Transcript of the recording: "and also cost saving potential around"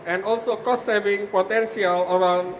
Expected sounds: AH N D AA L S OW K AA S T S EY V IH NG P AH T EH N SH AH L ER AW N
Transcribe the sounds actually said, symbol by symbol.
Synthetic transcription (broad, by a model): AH N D AA L S OW K AA S T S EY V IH NG P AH T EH N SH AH L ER AW N